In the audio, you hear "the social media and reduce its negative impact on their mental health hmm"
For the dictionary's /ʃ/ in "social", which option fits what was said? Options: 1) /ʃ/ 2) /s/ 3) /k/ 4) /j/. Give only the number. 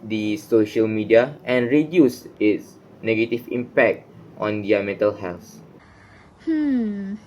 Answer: 1